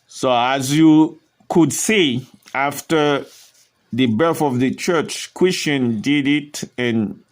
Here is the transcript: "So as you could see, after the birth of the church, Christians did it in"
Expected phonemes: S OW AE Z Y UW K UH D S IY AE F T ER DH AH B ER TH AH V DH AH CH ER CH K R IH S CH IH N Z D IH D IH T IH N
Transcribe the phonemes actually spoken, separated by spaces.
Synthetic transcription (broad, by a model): S OW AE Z Y UW K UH D S IY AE F T ER DH AH B ER TH AH V DH AH CH ER CH K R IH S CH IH N D IH D IH T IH N